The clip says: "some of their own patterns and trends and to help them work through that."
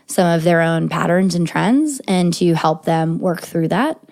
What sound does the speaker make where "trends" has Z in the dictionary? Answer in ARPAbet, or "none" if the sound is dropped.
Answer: Z